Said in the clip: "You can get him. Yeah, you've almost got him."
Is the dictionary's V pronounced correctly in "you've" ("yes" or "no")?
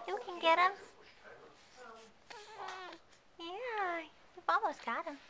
no